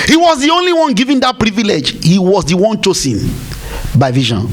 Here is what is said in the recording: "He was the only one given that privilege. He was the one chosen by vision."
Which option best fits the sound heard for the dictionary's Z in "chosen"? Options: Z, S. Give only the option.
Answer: S